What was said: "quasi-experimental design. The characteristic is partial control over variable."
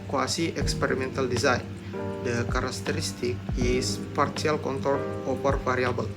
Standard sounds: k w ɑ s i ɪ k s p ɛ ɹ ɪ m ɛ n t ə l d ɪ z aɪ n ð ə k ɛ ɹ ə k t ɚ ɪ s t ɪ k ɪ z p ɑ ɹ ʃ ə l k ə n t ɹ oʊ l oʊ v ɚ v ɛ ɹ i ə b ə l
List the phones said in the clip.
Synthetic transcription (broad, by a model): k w ɑ s i ɪ k s p ɛ ɹ ɪ m ɛ n t ə l d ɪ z aɪ n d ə k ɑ ɹ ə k t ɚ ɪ s t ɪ k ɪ s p ɑ ɹ s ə l k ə n t oʊ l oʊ p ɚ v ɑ ɹ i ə b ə l